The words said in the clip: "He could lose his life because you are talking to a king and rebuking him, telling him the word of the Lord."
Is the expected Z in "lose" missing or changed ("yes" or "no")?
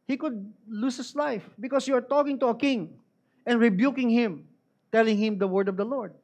yes